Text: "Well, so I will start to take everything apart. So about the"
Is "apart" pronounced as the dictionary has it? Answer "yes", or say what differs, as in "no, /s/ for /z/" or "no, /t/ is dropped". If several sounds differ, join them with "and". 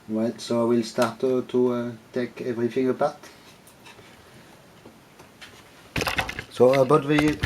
no, /b/ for /p/